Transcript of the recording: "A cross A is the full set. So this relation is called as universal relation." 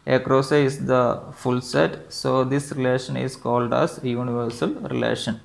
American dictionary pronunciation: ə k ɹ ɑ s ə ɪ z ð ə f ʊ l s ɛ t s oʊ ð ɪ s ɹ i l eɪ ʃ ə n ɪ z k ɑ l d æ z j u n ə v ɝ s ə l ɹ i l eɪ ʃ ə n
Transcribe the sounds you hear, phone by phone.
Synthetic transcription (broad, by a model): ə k ɹ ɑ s ə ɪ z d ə f ʊ l s ɛ t s oʊ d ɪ s ɹ i l eɪ ʃ ə n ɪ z k ɑ l d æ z j u n ə v ɝ s ə l ɹ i l eɪ ʃ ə n